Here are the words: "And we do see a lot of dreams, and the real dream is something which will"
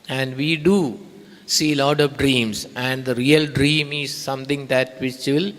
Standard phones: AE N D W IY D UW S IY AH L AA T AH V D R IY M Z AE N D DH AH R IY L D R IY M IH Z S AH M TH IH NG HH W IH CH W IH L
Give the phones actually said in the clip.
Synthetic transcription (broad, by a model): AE N D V IY D UW S IY L AA T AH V D R IY M S AE N D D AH R IY L D R IY M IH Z S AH M T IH NG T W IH CH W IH L